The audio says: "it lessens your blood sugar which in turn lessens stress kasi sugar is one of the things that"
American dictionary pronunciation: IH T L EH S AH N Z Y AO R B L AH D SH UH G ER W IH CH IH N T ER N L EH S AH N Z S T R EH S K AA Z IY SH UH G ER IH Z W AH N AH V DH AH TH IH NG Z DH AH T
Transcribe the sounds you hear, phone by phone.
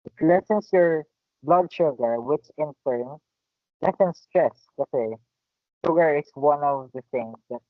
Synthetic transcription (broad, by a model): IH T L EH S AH N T Y AO R B L AH D SH UH G ER W IH CH IH N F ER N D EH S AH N S T R EH S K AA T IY SH UH G ER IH S W AH N AH V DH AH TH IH NG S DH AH T